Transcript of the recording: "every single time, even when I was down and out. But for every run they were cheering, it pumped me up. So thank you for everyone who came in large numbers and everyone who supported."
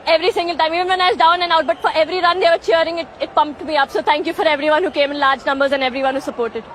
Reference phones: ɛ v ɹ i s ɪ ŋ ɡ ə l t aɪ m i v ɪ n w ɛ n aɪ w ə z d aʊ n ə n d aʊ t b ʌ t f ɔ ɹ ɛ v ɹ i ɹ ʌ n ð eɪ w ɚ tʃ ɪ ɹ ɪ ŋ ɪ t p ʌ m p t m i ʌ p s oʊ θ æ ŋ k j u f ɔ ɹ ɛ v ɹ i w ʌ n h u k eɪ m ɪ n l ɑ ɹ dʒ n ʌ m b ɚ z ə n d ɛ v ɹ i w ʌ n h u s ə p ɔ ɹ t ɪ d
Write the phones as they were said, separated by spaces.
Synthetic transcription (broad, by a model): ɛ v ɹ i s ɪ ŋ ɡ ə l t aɪ m i v ɪ n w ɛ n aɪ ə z d aʊ n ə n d aʊ t b ʌ t f ɔ ɹ ɛ v ɹ i ɹ ʌ n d eɪ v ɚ tʃ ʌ ɹ ɪ ŋ ɪ t p ʌ m p t m i ʌ p s oʊ t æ ŋ k j u f ɔ ɹ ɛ v ɹ i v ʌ n h u k eɪ m ɪ n l ɑ ɹ dʒ n ʌ m b ɚ z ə n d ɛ v ɹ i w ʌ n h u s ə p ɔ ɹ t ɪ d